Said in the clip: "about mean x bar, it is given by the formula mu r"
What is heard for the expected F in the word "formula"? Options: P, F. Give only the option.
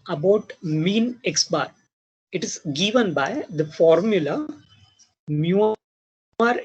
F